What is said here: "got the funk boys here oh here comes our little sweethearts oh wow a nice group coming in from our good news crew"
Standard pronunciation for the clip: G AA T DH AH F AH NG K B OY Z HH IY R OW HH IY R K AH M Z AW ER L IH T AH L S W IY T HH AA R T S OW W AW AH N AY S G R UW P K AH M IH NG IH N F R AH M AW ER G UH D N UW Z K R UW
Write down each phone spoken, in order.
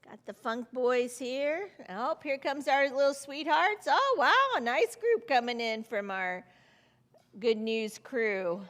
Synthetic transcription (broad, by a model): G AA T DH AH F AH NG K B OY Z HH IY R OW HH IY R K AH M Z AW ER L IH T L S W IY T HH AA R T S OW W AW AH N AY S G R UW P K AH M IH NG IH N F R AH M AW ER G UH D N UW Z K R UW